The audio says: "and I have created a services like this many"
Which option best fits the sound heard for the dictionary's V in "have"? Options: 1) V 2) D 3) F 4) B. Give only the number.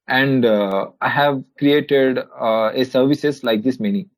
1